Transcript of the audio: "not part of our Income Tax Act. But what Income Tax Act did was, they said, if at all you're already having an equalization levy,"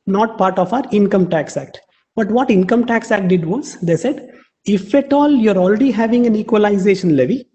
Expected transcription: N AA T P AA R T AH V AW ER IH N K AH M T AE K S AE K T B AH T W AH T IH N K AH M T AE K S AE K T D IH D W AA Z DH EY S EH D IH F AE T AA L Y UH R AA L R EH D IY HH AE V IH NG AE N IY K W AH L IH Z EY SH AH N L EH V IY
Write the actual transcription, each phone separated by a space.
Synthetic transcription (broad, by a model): N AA T P AA R T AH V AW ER IH N K AH M T AE K S AE K T B AH T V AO T IH N K AH M T AE K S AE K T D IH D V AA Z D EY S EH D IH F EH T AA L Y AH R AA L R EH D IY HH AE V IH NG AE N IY K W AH L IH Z EY SH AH N L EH V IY